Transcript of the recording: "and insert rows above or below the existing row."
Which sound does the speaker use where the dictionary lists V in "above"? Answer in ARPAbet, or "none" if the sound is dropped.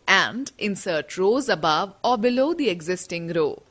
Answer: V